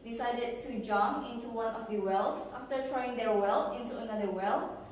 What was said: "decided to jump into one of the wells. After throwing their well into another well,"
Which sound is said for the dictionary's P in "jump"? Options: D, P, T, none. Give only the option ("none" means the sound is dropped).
none